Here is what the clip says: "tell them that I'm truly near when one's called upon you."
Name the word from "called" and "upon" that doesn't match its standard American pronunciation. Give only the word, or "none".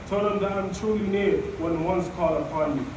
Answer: called